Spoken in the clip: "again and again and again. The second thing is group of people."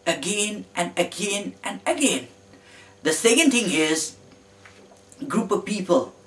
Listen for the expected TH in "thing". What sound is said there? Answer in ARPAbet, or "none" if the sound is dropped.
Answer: T